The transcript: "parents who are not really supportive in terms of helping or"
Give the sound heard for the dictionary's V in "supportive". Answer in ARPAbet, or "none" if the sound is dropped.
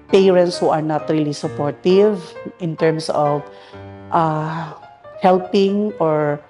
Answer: V